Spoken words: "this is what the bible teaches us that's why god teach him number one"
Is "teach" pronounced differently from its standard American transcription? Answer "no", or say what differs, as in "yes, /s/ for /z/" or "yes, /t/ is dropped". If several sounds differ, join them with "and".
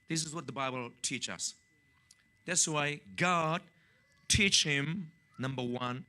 no